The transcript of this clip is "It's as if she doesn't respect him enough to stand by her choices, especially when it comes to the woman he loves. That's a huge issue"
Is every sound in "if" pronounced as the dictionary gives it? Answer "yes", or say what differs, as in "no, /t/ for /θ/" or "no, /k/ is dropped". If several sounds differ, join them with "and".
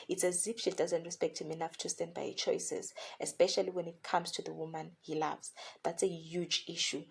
no, /p/ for /f/